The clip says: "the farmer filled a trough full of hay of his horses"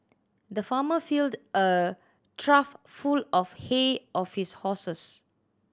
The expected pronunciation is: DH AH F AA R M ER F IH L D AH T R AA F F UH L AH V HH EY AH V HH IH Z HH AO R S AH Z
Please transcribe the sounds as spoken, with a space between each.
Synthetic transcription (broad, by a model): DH AH F AA M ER F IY L D AH T R AA F F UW L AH F HH EY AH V HH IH S HH AO S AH S